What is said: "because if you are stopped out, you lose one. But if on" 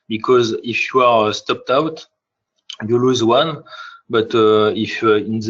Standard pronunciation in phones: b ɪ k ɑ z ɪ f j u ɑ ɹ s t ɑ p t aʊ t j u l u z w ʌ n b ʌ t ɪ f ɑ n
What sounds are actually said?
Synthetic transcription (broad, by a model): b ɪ k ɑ z ɪ f j u ɑ ɹ s t ɑ p t aʊ t j u l u z w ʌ n b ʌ t ɪ f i n